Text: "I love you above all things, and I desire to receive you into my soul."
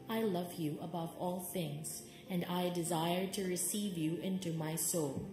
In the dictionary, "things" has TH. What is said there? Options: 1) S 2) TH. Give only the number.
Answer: 2